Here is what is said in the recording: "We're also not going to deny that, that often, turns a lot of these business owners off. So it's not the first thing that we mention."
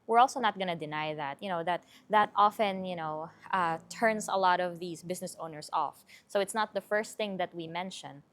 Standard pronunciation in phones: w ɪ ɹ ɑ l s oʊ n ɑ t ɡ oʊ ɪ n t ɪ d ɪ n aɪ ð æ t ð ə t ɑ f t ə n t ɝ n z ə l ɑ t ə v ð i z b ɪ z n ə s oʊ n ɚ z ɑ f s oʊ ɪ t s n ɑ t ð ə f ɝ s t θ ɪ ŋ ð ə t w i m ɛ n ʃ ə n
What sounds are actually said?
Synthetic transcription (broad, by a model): w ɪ ɹ ɑ l s oʊ n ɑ t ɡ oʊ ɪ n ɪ d ɪ n aɪ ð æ t ð ə t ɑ f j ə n t ɝ n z ə l ɑ t ə v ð i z b ɪ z n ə s oʊ n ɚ s ɑ f s oʊ ɪ t s n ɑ t ð ə f ɝ s t θ ɪ ŋ ð ə t w i m ɛ n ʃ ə n